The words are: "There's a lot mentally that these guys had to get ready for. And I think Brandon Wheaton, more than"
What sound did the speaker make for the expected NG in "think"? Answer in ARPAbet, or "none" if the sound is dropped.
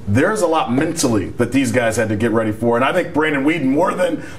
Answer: none